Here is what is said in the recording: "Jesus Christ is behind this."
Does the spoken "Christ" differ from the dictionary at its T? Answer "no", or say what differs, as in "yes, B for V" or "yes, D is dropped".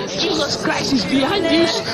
yes, T is dropped